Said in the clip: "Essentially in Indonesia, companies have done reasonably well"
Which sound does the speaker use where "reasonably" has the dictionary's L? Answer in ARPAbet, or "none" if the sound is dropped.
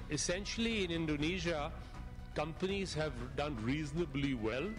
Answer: L